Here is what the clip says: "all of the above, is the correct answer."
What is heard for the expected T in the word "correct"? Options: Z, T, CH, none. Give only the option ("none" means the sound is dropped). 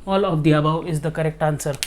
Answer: T